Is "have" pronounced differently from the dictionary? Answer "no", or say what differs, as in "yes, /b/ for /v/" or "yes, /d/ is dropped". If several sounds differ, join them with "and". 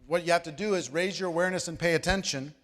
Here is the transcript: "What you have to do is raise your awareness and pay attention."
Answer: yes, /f/ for /v/